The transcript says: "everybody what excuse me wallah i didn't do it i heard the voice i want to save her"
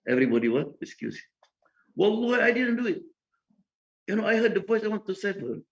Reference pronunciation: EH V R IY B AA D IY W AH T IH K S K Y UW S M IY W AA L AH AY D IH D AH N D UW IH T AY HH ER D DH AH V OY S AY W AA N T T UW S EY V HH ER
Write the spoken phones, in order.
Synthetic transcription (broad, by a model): EH V R IY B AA D IY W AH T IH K S K Y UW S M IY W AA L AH AY D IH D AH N D UW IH T AY HH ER D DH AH V OY S AY W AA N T T UW S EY F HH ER